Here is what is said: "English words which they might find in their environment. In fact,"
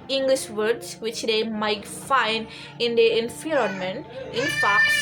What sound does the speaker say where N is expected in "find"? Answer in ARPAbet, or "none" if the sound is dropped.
N